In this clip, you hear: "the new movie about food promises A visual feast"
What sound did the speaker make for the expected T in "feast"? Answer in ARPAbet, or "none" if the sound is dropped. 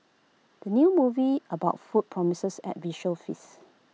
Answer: none